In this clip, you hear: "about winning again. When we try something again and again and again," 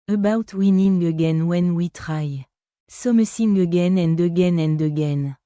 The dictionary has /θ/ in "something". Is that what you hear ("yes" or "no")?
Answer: no